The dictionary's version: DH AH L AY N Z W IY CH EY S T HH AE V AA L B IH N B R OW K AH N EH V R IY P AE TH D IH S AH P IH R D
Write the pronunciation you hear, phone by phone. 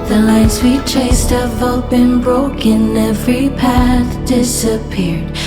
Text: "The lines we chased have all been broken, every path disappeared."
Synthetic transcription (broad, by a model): DH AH L AY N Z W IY CH EY S T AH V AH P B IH N B R OW K AH N EH V R IY P AE TH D IH S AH P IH R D